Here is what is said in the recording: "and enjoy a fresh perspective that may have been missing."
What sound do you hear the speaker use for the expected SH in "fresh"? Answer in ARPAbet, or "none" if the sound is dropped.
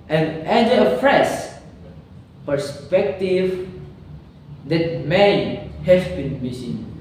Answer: S